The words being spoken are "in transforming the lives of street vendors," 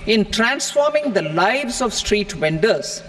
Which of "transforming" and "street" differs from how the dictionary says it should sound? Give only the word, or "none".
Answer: none